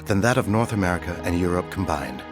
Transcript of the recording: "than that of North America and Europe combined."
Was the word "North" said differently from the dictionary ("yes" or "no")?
no